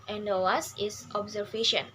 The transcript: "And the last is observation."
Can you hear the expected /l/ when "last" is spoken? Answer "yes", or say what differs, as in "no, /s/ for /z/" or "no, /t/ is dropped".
no, /w/ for /l/